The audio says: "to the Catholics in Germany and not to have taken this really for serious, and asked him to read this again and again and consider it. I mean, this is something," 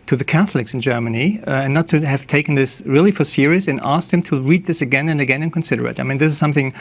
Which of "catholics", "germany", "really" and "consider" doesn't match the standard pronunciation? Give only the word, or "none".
none